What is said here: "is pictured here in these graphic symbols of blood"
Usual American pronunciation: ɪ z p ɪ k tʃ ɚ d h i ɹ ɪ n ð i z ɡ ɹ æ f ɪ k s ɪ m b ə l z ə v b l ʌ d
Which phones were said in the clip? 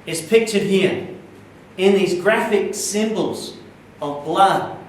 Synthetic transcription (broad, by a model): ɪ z p ɪ k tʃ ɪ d h i ɹ ɪ n ð i z ɡ ɹ æ f ɪ k s ɪ m b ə l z ə v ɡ l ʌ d